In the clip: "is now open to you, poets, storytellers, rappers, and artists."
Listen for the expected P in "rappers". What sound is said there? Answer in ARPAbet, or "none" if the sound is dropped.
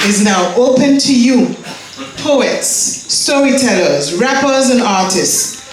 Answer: P